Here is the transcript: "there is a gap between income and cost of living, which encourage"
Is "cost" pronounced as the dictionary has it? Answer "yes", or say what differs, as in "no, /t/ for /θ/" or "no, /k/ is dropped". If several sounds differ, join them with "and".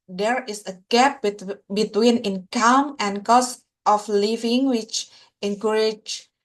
yes